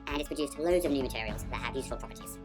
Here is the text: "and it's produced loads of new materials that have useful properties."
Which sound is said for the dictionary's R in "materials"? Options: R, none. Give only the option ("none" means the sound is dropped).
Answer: R